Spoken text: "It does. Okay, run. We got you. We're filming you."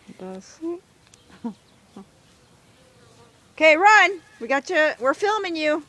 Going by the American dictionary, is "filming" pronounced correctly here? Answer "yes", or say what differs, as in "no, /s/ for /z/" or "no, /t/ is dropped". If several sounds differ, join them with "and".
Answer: yes